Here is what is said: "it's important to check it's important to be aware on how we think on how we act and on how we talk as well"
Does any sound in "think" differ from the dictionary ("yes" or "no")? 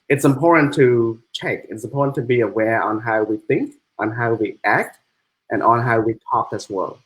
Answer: no